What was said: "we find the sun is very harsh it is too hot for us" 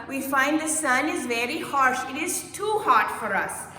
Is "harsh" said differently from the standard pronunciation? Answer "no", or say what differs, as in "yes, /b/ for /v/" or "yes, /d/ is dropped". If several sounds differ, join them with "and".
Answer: no